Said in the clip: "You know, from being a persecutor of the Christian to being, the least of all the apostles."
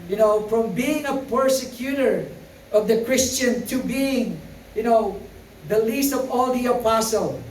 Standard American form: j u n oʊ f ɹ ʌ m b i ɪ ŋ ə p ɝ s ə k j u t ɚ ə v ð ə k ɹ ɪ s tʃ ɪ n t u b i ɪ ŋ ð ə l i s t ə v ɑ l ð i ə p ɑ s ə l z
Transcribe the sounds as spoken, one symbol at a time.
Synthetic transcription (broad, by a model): j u n oʊ f ɹ ʌ m b i ɪ ŋ ə p ɝ s ə k j u t ɚ ə v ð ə k ɹ ɪ s tʃ ɪ n t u b i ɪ ŋ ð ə l i s t ə v ɑ l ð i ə p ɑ s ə l